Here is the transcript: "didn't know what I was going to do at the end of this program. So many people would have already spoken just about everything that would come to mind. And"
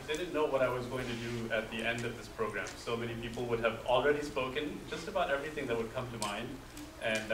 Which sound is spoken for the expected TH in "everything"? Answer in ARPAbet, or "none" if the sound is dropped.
TH